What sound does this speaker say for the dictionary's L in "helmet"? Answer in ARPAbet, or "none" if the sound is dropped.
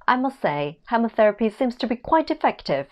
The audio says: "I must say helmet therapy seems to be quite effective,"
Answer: none